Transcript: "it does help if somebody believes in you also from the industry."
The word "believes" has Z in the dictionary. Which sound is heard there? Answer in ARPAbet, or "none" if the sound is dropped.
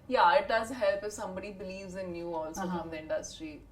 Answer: Z